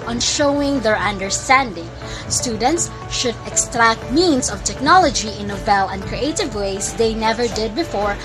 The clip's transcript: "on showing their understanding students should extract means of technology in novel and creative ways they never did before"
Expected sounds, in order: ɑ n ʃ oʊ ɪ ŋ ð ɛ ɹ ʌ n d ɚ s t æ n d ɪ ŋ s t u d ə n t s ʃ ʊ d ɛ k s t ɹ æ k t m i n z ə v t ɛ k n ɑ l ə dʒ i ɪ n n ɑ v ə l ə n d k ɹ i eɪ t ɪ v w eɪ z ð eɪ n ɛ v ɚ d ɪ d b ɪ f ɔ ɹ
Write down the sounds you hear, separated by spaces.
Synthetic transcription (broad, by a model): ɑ n ʃ oʊ ɪ ŋ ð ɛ ɹ ʌ n d ɚ s t æ n d ɪ ŋ s t u d ə n t s ʃ ʊ d ɛ k s t ɹ æ k t m i n s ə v t ɛ k n ɑ l ə dʒ i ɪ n n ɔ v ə l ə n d k ɹ i eɪ t ɪ v w eɪ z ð eɪ n ɛ v ɚ d ɪ d b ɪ f ɔ ɹ